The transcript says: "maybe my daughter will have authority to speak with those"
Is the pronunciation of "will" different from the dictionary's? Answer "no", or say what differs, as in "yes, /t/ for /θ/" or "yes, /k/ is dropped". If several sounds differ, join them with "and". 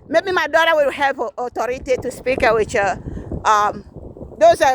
yes, /w/ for /l/